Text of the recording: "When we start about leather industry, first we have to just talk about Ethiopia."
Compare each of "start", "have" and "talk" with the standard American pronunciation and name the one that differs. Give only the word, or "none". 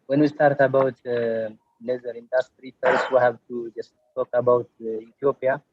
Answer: have